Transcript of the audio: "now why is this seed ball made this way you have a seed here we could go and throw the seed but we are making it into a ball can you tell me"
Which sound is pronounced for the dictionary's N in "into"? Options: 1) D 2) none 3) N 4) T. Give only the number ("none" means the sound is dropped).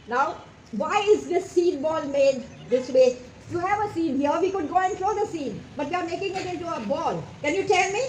2